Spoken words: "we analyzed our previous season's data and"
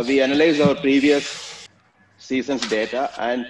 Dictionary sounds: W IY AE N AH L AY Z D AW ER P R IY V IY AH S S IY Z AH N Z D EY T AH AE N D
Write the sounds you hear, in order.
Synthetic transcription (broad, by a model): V IY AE N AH L AY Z AW ER P R IY V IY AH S S IY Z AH N S D EY T AH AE N D